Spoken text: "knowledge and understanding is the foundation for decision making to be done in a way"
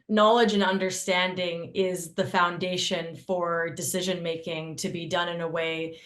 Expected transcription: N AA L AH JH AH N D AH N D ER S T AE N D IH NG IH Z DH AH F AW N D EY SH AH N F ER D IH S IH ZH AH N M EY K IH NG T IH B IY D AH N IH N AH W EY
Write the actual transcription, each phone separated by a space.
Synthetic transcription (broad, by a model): N AA L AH JH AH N AH N D ER S T AE N D IH NG IH Z DH AH F AW N D EY SH AH N F ER D IH S IH ZH AH N M EY K IH NG T IH B IY D AH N IH N AH W EY